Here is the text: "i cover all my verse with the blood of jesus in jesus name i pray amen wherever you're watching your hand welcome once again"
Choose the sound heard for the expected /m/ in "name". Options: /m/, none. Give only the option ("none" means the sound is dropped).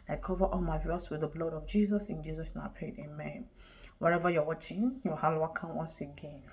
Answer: none